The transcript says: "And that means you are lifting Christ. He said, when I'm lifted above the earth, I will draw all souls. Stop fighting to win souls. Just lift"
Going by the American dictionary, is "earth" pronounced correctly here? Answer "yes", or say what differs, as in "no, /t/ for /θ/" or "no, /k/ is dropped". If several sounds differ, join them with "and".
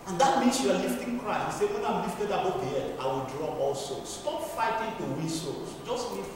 no, /t/ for /θ/